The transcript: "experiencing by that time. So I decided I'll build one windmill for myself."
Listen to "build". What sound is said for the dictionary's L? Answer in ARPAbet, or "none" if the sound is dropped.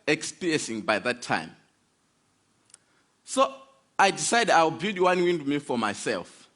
none